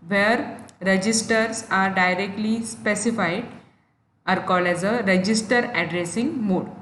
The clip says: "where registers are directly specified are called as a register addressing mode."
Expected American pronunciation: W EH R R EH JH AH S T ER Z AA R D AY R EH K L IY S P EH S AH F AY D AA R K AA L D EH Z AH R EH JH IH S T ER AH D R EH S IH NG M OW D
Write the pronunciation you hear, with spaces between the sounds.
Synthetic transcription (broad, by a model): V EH R R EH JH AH S T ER S AA R D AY R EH K L IY S P EH S AH F AY D AA R K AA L EH Z AH R EH JH IH S T ER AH D R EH S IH NG M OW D